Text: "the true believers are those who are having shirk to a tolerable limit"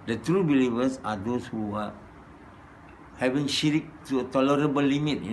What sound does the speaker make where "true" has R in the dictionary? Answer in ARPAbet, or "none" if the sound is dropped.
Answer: R